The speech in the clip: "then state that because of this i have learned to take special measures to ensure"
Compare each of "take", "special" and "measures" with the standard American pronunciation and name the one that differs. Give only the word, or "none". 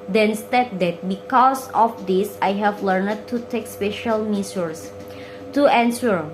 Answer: measures